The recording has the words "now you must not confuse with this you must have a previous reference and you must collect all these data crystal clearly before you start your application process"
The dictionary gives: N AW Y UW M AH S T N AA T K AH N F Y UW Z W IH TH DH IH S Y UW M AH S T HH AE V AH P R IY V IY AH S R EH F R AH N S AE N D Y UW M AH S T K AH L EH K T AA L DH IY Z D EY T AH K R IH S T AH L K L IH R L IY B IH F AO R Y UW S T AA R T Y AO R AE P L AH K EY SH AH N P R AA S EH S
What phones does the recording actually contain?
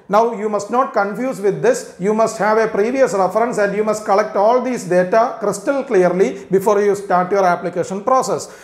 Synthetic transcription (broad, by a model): N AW Y UW M AH S T N AA T K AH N F Y UW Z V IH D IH S Y UW M AH S T HH AE V AH P R IY V IY AH S R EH F R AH N S AE N D Y UW M AH S T K AH L EH K T AA L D IY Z D EY T AH K R IH S T AH L K L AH R L IY B IH F AO R Y UW S T AA R T Y AO R AE P L AH K EY SH AH N P R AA S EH S